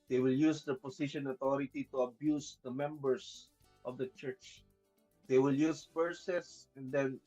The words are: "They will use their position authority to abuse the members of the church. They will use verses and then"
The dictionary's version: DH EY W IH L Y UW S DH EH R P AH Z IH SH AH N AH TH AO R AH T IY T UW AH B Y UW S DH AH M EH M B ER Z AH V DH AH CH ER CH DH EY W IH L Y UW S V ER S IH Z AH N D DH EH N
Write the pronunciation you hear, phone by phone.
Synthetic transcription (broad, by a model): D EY W IH L Y UW S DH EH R P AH S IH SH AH N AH T AO R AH T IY T UW AH B Y UW S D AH M EH M B ER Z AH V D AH CH ER CH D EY W IH L Y UW S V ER S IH S AH N D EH N